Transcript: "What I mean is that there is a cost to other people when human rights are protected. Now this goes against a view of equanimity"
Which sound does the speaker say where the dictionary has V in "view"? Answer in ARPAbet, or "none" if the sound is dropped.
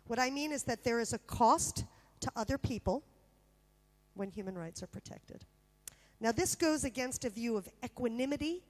V